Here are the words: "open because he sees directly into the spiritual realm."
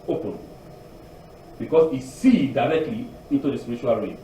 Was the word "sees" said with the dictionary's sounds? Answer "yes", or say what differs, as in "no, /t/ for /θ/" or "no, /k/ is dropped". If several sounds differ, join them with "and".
no, /z/ is dropped